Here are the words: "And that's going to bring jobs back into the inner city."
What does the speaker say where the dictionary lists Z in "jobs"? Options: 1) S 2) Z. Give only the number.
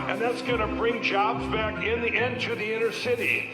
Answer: 2